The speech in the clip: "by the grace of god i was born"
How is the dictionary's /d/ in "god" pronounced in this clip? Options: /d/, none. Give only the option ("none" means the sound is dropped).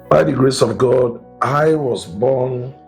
/d/